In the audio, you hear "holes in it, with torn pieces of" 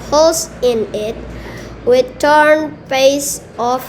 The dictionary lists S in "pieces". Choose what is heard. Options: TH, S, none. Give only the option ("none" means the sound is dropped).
none